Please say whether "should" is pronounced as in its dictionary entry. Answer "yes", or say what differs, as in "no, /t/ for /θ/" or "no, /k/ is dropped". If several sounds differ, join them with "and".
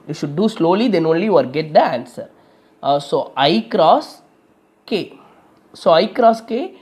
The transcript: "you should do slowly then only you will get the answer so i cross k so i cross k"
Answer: yes